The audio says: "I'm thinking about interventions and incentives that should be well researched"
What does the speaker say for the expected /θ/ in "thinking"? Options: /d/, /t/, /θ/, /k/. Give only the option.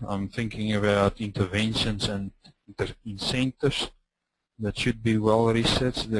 /θ/